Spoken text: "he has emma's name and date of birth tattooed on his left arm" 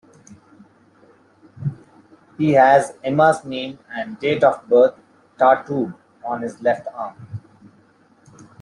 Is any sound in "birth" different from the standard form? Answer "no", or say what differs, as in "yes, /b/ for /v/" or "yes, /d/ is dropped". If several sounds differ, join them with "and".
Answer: yes, /t/ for /θ/